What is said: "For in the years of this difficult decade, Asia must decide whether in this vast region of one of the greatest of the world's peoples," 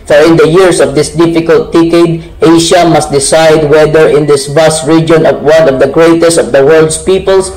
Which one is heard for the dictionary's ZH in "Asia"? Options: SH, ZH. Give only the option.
SH